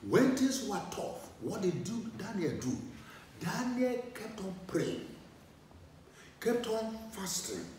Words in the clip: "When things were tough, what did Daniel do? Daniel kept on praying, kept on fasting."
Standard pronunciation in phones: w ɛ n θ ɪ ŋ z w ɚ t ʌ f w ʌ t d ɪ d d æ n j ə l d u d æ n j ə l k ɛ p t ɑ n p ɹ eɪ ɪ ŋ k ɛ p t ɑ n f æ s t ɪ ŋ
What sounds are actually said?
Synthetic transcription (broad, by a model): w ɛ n t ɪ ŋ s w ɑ t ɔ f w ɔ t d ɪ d d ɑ n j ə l d u d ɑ n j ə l k ɛ p t ɑ n p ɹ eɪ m k ɛ p t ɑ n f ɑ s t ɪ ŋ